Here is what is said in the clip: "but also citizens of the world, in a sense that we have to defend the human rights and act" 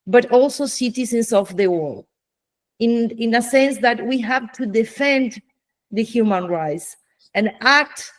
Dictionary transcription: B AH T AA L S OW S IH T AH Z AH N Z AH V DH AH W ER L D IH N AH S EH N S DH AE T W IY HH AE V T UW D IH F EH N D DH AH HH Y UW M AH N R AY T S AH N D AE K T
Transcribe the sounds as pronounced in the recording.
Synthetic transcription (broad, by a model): B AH T AA L S OW S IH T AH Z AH N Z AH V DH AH W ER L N IH N AH S EH N S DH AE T W IY HH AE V T UW D IH F EH N D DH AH HH Y UW M AH N R AY T S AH N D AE K T